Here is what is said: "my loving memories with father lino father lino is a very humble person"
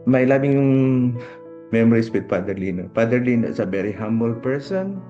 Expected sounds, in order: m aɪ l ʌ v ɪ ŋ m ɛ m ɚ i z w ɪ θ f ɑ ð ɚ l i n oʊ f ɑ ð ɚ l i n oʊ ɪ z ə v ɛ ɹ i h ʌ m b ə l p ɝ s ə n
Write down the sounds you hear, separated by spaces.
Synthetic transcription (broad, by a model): m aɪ l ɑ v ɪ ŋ m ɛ m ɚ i s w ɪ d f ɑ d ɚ l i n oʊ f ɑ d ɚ l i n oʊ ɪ s ə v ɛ ɹ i h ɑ m b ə l p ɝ s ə n